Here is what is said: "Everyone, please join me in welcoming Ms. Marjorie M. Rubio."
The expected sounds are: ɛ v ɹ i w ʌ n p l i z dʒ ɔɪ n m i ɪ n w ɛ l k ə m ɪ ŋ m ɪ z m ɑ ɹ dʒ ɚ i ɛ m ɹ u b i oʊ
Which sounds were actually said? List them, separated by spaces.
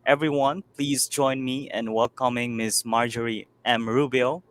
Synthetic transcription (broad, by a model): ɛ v ɹ i w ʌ n p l i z dʒ ɔɪ n m i ɪ n w ɛ l k ə m ɪ ŋ m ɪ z m ɑ ɹ dʒ ɚ i ɛ m ɹ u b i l